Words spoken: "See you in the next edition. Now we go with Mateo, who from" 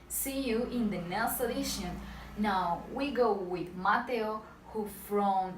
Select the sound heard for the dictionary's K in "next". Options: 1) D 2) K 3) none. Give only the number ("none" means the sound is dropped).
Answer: 3